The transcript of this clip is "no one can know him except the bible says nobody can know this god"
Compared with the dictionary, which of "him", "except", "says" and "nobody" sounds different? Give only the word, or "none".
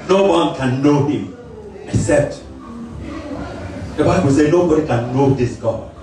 says